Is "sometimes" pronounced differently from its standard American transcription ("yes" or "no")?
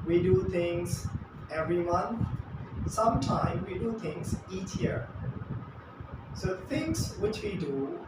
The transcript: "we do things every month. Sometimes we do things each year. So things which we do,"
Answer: yes